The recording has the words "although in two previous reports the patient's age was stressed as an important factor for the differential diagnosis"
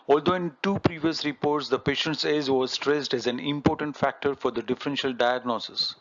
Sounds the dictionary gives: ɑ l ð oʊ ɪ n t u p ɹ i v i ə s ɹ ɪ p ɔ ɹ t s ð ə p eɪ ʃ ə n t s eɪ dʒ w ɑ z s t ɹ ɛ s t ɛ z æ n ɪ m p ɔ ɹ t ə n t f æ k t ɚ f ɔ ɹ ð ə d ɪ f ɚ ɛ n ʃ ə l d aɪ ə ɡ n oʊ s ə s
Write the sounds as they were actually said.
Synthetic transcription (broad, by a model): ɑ l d oʊ ɪ n t u p ɹ i v i ə s ɹ ɪ p ɔ ɹ t s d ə p eɪ ʃ ə n t s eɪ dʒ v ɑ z s t ɹ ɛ s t ɛ z æ n ɪ m p ɔ ɹ t ə n t f æ k t ɚ f ɔ ɹ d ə d ɪ f ɚ ɛ n ʃ ə l d aɪ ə ɡ n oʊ s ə s